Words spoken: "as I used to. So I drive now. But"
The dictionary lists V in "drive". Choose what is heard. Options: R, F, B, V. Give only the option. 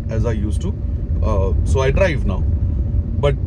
V